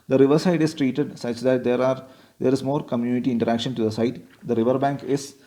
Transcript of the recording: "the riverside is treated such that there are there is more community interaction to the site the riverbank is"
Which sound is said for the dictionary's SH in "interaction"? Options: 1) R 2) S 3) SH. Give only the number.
3